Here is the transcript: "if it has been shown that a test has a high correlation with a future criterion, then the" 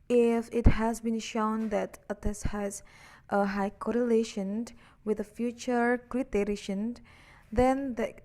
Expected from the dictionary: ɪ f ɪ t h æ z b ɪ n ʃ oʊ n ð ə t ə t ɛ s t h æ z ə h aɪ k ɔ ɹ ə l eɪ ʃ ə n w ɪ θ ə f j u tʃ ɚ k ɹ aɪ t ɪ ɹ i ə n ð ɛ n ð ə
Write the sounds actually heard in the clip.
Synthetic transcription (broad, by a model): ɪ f ɪ t h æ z b ɪ n ʃ oʊ n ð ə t ə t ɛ s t h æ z ə h aɪ k ɔ ɹ ə l eɪ ʃ ə n w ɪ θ ə f j u tʃ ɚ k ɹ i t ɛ ɹ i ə n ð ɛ n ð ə